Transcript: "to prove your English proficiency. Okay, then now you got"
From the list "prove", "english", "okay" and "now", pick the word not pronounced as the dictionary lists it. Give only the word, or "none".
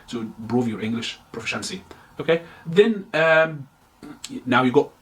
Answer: prove